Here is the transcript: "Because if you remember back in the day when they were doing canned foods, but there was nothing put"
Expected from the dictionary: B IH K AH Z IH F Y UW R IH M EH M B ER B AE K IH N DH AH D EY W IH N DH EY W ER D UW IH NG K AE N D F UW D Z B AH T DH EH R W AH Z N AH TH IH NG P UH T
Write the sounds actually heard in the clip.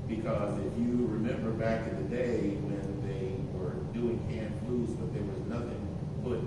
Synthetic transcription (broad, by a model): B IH K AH Z IH F Y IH R IH M EH M B ER B AE K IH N DH AH D EY W IH N DH EY W ER D UW IH NG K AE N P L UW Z B AH T DH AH R W AH Z N AH TH IH NG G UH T